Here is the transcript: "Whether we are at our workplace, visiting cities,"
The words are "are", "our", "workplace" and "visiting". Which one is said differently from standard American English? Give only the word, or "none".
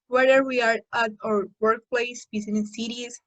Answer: visiting